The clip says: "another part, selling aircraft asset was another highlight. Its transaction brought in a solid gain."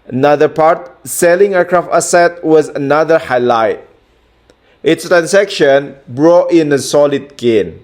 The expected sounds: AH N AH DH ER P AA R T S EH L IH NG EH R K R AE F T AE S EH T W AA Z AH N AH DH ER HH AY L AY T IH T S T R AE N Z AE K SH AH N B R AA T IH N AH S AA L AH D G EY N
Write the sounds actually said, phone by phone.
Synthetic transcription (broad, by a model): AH N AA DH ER P AA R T S EH L IH NG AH K R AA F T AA S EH T W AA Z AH N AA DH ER HH AY L AY T IH T S T R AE N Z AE K SH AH N B R AA T IH N AH S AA L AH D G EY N